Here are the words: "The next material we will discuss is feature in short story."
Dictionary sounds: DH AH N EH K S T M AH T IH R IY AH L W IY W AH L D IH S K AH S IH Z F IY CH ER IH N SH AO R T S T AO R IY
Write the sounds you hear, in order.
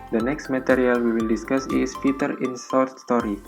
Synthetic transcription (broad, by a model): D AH N EH K S T M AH T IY R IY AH L W IY W AH L D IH S K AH S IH S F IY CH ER IH N S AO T S T AO R IY